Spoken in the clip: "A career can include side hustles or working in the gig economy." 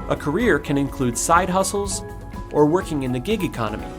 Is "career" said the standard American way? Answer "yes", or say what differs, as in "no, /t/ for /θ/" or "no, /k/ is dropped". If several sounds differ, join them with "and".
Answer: yes